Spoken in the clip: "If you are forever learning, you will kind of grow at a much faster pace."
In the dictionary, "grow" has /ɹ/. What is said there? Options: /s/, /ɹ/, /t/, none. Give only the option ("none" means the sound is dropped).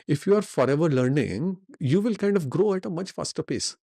/ɹ/